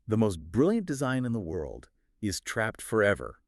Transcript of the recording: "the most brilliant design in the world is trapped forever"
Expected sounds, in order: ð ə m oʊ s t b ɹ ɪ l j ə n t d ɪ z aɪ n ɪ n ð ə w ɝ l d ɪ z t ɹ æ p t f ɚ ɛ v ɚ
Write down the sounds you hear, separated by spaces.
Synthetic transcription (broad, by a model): ð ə m oʊ s t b ɹ ɪ l j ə n d ɪ z aɪ n ɪ n ð ə w ɝ l d ɪ z t ɹ æ p t f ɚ ɛ v ɚ